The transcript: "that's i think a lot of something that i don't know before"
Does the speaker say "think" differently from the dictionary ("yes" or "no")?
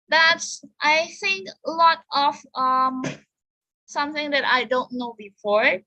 no